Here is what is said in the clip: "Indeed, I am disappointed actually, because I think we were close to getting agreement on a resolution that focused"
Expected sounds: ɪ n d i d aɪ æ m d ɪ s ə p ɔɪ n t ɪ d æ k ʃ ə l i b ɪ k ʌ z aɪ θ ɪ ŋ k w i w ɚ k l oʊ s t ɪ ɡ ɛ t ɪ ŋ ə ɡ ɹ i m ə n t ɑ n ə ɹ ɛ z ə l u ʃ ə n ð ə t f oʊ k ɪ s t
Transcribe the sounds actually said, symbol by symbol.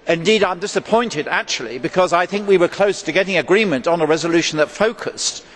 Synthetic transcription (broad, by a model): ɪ n d i d aɪ m d ɪ s ə p ɔɪ n t ɪ d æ k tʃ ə l i b ɪ k ʌ z aɪ θ ɪ ŋ k w i w ɚ k l oʊ s t ɪ ɡ ɛ t ɪ ŋ ə ɡ ɹ i m ə n t n ə ɹ ɛ z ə l u ʃ n ð ə t f oʊ k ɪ s t